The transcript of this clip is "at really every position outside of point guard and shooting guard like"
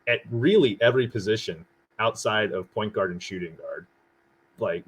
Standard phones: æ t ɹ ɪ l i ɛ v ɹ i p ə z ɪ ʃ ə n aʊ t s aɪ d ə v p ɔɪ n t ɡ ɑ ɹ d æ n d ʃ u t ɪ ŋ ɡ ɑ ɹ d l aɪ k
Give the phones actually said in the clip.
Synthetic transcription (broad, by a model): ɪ t ɹ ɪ l i ɛ v ɹ i p ə z ɪ ʃ ə n aʊ t s aɪ d ə v p ɔɪ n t ɡ ɑ ɹ d n ʃ u t ɪ ŋ ɡ ɑ ɹ d l aɪ k